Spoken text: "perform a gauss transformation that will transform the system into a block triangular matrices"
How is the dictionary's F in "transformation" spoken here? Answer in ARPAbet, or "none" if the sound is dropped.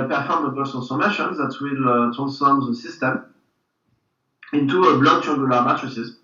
none